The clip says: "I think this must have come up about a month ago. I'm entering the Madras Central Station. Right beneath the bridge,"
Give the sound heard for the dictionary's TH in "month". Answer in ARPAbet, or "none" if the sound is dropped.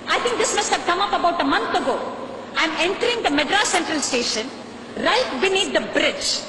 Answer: T